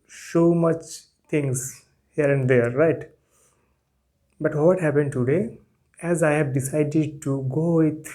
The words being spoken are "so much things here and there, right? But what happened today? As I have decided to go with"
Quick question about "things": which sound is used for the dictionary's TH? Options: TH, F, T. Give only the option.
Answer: T